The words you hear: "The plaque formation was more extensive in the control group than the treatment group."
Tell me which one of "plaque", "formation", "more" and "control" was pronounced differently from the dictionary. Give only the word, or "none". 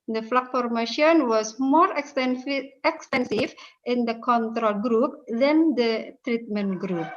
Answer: plaque